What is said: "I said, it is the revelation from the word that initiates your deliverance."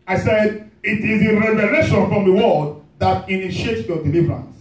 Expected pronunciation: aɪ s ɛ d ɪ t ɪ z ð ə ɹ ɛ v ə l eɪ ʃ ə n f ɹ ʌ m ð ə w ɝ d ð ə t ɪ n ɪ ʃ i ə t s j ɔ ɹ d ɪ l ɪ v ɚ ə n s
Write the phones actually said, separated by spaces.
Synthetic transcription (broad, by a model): aɪ s ɛ d ɪ t ɪ z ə ɹ ɛ v ə l eɪ ʃ ə n f ɹ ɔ m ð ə w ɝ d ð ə t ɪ n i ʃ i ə t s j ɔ d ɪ l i v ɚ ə n s